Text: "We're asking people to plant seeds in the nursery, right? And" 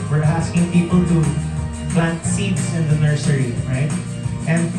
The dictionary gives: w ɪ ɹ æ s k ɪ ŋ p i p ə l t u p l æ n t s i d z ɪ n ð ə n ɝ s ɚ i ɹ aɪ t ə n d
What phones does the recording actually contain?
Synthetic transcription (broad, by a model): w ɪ ɹ æ s k ɪ ŋ p i p ə l t u p l æ n t s i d s ɪ n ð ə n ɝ s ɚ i ɹ aɪ t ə n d